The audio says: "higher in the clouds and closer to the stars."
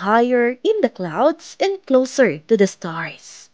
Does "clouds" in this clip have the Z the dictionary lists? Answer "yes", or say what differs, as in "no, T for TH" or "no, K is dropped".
no, S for Z